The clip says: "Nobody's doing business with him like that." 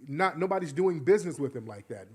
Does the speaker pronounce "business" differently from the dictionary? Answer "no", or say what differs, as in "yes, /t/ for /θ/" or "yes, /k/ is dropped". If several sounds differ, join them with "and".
no